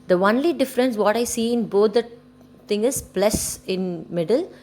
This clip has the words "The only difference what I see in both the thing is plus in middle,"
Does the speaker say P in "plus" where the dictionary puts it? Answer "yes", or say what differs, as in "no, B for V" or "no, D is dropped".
no, B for P